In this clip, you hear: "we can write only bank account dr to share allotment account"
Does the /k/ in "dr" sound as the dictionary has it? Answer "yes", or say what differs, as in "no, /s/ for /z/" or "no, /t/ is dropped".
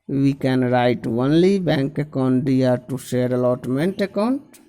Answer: no, /k/ is dropped